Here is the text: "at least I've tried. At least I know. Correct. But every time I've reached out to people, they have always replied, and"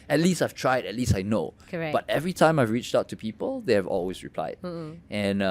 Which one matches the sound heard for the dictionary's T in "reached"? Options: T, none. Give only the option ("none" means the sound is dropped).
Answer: T